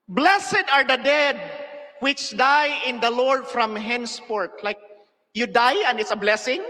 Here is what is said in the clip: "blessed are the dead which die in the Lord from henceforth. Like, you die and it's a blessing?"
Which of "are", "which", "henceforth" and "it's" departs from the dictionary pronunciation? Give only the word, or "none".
henceforth